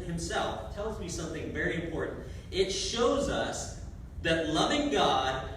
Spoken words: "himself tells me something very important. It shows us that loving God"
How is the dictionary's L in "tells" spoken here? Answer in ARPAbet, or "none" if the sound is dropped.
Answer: L